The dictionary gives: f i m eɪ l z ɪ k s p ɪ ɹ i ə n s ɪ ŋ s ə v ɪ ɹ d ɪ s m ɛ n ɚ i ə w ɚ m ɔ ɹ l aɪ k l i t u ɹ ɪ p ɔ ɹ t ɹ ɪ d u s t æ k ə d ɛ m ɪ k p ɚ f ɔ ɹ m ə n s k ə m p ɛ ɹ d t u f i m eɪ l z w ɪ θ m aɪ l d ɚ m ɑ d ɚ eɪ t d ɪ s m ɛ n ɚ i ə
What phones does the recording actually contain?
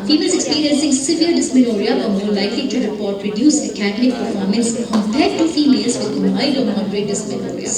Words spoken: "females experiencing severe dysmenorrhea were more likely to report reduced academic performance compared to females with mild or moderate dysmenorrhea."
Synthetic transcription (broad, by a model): f i m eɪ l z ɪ k s p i ɹ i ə n s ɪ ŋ s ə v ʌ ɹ d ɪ s m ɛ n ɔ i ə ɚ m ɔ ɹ l aɪ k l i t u ɹ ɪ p ɔ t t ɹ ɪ d u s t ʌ k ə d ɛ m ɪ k p ɚ f ɔ ɹ m ə n s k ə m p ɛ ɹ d t u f i m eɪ l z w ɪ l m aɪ d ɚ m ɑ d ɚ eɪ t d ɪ s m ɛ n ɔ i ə